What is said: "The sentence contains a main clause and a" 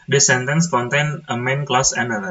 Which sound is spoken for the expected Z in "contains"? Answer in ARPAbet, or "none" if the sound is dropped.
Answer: none